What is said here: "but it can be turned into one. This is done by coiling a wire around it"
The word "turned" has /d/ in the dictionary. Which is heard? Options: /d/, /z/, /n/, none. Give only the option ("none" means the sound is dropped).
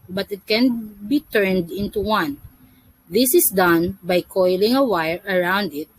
/d/